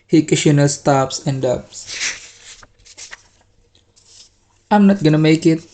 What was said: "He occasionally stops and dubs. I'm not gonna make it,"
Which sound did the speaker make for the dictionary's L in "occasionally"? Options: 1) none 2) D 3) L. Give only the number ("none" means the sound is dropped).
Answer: 1